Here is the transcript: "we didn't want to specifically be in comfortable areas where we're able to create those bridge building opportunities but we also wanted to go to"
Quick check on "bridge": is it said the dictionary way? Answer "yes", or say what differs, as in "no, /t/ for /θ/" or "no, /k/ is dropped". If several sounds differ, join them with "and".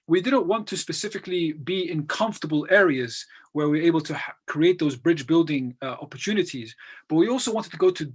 yes